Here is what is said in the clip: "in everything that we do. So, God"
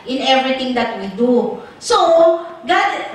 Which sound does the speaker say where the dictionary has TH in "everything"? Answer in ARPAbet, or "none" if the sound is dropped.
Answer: T